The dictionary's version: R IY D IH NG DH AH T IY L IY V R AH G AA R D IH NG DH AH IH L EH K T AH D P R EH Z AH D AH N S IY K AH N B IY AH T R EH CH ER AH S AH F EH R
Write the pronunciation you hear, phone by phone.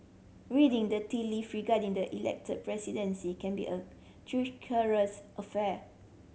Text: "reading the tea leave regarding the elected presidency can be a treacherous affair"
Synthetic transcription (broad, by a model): R IY D IH NG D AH T IY L IY F R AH G AA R D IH NG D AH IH L EH K T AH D P R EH S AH D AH N S IY K AH N B IY AH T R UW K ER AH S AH F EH